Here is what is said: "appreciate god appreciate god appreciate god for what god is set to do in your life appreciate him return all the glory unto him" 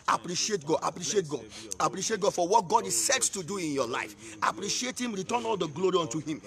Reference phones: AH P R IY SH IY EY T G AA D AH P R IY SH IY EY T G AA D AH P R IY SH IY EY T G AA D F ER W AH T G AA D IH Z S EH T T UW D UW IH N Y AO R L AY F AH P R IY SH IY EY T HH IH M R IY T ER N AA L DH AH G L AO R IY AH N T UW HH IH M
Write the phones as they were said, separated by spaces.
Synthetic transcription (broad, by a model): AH P R IY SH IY EY T G AA D AH P R IY SH IY EY T G AA D AH P R IY SH IY EY T G AA D F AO W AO T G AA D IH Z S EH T T UW D UW IH N Y AO L AY F AH P R IY SH IY EY T HH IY M R IY T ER N AA L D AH G L AO R IY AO N T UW HH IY M